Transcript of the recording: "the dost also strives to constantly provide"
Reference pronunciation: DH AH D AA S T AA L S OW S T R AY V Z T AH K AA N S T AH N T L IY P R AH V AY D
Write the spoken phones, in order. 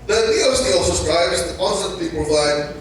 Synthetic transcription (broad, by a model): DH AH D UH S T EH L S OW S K R AY B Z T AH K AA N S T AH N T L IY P R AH V AY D